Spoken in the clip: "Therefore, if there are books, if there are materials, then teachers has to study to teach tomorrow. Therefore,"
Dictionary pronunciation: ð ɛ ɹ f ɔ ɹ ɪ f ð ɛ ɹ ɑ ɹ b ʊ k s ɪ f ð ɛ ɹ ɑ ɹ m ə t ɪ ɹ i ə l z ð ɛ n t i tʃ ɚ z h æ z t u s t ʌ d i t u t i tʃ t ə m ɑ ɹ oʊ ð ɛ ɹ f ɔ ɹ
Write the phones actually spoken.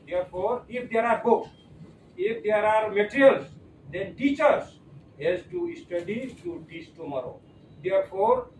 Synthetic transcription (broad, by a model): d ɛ ɹ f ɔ ɹ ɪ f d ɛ ɹ ɑ ɹ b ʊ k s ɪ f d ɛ ɹ ɑ ɹ m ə t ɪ ɹ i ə l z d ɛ n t i tʃ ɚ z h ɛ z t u s t ʌ d i t u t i s t ə m ɑ ɹ oʊ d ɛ ɹ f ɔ ɹ